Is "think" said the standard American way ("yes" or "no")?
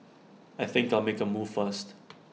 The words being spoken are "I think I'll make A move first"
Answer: yes